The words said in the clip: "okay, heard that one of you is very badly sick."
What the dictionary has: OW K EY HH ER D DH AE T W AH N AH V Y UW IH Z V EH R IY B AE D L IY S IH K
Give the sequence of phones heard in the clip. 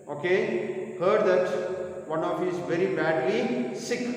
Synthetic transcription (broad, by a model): OW K EY HH ER D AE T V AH N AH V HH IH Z V EH R IY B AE D IY S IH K